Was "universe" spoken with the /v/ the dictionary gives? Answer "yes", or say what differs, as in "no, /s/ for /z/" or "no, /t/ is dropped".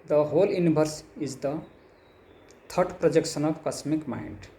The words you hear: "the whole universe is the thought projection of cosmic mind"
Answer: no, /b/ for /v/